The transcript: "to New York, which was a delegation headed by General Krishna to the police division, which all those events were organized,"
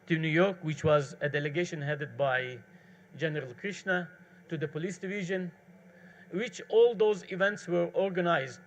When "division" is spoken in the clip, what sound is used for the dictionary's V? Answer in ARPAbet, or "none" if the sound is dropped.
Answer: V